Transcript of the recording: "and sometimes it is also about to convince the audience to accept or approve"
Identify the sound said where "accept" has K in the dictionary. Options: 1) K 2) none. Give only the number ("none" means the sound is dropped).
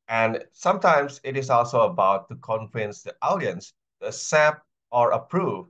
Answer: 2